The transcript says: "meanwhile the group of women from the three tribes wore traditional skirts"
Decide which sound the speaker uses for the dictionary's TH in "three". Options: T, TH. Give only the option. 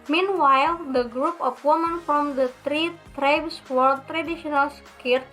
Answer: T